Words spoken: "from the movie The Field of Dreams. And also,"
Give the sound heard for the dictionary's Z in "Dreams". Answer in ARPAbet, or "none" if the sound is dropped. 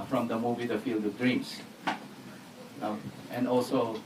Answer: S